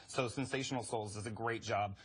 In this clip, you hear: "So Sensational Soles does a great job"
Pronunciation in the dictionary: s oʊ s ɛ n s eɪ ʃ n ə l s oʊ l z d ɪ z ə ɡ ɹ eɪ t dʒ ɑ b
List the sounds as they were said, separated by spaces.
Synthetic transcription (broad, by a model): s oʊ s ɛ n s eɪ ʃ n l s oʊ l z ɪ z ə ɡ ɹ eɪ t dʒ ɑ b